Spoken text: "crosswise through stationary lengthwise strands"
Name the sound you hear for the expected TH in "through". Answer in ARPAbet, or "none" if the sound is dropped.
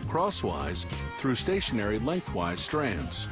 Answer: TH